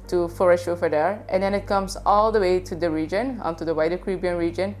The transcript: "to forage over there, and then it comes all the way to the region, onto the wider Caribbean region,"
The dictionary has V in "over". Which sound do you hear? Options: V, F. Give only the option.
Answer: F